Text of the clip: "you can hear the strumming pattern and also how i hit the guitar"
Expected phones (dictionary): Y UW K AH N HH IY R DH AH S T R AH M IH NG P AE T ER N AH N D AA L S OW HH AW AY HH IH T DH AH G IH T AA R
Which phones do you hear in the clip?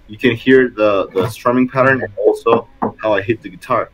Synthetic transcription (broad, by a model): Y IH K AH N HH IY R DH AH S T R AH M IH NG P AE T ER N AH N AA L S OW HH AW AY HH IH T DH AH G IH T AA R